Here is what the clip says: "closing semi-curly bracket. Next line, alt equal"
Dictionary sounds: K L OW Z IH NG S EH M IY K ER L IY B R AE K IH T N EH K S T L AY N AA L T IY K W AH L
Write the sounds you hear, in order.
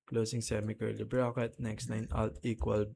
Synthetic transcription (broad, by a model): K L OW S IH NG S EH M IY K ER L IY B R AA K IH T N EH K S T N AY N AA L T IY K W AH L